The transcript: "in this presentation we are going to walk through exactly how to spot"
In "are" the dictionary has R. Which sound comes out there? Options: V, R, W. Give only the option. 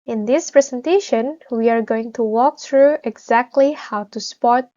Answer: R